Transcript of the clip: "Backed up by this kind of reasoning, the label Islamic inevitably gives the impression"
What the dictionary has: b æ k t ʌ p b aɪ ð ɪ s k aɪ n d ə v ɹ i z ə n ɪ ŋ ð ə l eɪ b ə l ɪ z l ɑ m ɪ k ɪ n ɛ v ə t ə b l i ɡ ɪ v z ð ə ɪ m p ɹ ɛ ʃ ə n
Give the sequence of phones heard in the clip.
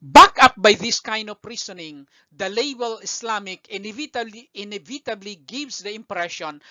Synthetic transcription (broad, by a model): b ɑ k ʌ p b aɪ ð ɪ s k aɪ n d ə p ɹ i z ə n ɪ ŋ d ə l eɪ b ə l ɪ s l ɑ m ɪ k ɪ n ɛ v ə t ə b l i ɡ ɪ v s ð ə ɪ m p ɹ ɛ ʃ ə n